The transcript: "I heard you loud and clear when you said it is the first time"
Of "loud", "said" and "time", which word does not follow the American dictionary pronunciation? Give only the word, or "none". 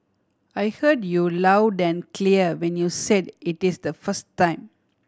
none